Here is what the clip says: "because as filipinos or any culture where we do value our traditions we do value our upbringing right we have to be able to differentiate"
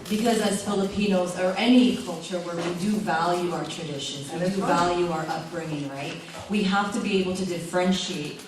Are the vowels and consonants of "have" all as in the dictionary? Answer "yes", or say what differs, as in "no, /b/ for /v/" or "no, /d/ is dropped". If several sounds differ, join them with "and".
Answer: no, /f/ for /v/